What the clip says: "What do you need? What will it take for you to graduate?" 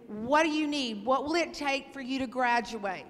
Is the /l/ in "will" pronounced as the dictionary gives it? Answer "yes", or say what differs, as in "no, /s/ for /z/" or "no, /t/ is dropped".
yes